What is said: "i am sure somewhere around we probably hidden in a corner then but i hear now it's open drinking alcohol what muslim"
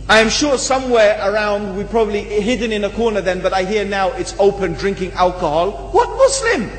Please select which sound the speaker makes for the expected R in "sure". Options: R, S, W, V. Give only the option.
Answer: R